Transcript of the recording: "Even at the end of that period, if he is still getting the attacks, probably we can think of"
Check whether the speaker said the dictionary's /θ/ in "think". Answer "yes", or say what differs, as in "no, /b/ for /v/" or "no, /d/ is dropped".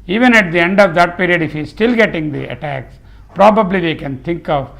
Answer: no, /t/ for /θ/